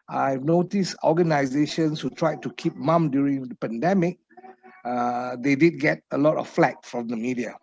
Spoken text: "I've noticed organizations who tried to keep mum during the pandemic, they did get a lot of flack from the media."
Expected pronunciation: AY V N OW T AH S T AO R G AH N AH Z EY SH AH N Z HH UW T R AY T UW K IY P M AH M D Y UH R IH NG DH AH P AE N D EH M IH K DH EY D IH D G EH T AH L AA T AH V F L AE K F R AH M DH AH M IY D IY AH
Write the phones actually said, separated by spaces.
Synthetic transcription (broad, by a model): AY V N OW T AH S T AO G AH N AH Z EY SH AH N S HH UW T R AY T UW K IY P M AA M D Y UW R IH NG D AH P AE N D EH M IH K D EY D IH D G EH T AH L AA T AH F F L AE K F R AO M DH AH M IY D IY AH